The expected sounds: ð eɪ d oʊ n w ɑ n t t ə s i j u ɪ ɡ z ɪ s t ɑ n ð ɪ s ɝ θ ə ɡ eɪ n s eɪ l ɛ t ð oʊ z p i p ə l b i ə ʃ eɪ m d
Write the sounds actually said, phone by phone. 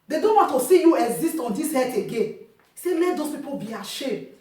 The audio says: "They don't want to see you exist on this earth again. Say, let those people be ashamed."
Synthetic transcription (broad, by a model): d eɪ d oʊ n w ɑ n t t ə s i j u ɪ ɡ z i s t ɑ n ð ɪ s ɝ t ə ɡ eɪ n s eɪ l ɛ t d oʊ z p i p ə l b i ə ʃ eɪ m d